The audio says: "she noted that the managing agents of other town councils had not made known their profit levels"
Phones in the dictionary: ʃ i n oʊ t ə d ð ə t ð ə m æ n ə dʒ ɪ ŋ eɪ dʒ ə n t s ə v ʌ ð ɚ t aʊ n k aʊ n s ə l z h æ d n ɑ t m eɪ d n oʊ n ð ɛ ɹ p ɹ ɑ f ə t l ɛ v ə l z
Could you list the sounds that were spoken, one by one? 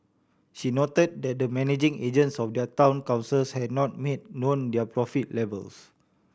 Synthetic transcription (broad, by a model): ʃ i n oʊ t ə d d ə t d ə m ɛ n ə dʒ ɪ ŋ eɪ dʒ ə n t s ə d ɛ ɚ t aʊ n k aʊ n s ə l s h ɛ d n ɑ t m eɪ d n oʊ n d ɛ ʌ p ɹ ɑ f ə t l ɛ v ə l s